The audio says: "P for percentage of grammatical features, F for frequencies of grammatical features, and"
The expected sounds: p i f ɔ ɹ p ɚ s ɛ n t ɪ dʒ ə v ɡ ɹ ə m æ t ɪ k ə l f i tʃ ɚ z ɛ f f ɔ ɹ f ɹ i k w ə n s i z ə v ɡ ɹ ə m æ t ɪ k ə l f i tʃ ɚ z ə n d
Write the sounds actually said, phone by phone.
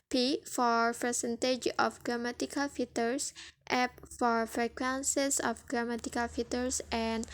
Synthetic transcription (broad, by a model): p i f ɔ ɹ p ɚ s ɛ n t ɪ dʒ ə f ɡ ɹ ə m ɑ t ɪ k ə l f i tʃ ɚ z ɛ p f ɔ ɹ f ɹ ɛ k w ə n s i s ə f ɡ ɹ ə m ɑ t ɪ k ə l f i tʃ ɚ s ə n